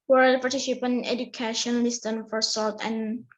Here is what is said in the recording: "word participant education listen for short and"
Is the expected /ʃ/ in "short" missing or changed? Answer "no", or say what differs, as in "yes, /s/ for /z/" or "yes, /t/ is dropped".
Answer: yes, /s/ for /ʃ/